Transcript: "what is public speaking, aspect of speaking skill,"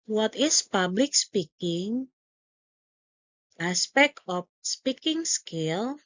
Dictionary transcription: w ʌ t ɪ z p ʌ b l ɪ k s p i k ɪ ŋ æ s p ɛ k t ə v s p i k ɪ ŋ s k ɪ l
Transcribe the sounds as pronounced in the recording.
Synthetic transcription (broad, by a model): w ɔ t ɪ s p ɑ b l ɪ k s p i k ɪ ŋ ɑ s p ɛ k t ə f s p i k ɪ ŋ s k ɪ l